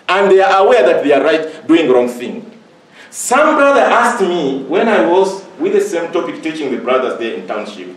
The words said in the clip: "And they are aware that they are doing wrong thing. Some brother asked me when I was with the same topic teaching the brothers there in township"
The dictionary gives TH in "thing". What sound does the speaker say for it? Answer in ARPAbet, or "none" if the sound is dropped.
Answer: TH